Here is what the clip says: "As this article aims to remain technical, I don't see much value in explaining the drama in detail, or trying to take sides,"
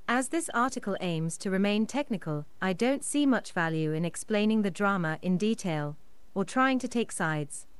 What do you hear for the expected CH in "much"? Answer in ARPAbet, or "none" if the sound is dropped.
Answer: CH